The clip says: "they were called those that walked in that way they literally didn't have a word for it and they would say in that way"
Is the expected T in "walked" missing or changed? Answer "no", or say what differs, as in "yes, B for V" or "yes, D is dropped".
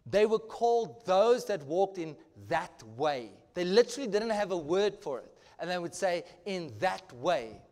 no